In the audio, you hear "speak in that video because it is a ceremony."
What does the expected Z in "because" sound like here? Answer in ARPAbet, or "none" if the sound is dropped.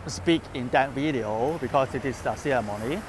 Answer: S